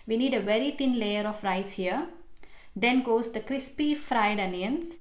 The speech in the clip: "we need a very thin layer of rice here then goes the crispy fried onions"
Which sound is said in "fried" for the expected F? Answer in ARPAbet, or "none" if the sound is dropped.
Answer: F